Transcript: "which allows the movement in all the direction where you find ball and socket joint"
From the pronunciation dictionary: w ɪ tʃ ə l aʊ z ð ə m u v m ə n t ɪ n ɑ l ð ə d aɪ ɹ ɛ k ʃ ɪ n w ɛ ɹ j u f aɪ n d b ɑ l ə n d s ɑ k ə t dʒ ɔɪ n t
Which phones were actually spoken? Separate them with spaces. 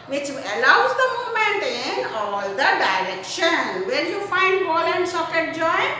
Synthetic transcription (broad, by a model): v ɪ tʃ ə l aʊ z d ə m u m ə n t ɪ n ɑ l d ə d aɪ ɹ ɛ k ʃ ɪ n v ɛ ɹ j u f aɪ n d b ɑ l ə n d s ɑ k ə t dʒ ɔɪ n